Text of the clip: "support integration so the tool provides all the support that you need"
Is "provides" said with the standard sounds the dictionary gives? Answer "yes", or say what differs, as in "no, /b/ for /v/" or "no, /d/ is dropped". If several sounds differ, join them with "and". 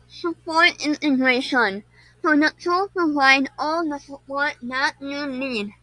no, /ɹ/ is dropped